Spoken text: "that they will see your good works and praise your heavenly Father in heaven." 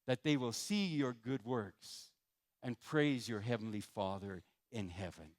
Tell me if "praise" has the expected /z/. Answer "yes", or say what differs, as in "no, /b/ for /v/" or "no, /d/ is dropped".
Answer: yes